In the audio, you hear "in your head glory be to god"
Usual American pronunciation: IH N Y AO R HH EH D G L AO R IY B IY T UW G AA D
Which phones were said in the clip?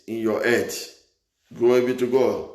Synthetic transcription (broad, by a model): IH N Y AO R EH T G AO IY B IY T UW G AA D